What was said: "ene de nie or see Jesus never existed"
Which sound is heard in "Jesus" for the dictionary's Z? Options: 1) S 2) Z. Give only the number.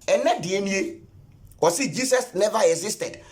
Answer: 1